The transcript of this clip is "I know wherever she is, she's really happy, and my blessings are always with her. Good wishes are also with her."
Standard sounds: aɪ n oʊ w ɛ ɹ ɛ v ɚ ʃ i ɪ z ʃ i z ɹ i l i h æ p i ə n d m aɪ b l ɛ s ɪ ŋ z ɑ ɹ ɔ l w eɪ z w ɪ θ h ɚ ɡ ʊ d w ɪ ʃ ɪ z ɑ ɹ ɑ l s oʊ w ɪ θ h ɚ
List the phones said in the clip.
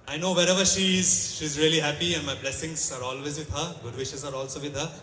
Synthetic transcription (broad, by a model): aɪ n oʊ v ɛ ɹ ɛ v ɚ ʃ i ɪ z ʃ i z ɹ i l i h æ p i ə n d m aɪ b l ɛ s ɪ ŋ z ɑ ɹ ɔ l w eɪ z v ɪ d h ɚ ɡ ʊ d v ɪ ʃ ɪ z ɑ ɹ ɑ l s oʊ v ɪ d h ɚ